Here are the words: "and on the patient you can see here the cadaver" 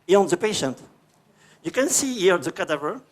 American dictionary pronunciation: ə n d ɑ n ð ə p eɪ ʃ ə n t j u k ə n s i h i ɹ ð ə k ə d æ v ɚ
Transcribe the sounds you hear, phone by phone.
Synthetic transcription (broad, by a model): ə ɑ n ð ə p eɪ ʃ ə n t j u k ə n s i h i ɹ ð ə k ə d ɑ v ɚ